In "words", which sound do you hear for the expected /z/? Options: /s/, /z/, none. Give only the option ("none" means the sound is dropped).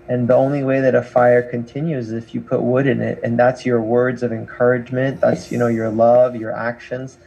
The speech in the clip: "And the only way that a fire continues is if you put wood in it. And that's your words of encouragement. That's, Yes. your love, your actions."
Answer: /z/